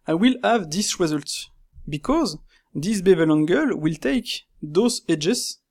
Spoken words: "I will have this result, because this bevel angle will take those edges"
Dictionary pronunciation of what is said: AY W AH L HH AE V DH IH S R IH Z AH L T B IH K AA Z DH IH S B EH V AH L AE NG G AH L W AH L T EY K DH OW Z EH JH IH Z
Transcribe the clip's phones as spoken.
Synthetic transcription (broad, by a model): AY W AH L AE V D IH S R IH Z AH L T B IH K AA Z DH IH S B EH V AH L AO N G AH L W AH L T EY K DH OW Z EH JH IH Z